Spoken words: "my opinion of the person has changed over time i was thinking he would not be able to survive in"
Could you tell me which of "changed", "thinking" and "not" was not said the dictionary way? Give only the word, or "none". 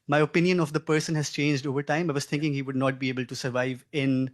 thinking